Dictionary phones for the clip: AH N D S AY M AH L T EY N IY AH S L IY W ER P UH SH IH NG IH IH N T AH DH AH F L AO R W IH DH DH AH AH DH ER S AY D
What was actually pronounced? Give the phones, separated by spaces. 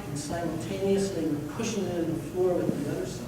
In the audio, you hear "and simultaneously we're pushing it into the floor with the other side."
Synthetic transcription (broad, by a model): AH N S AY M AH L T EY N IY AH S L IY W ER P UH SH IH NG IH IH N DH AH F L AO R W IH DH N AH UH ER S